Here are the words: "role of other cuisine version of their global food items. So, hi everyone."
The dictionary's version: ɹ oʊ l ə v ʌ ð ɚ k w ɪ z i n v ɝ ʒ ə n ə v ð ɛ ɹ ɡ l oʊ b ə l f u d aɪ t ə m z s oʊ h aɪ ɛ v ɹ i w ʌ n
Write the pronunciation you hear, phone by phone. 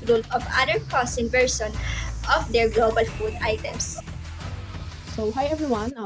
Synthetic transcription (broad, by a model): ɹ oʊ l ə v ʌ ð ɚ k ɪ s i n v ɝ s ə n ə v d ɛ ɹ ɡ l oʊ b ə l f u d aɪ t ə m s s oʊ h aɪ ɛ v ɹ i w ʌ n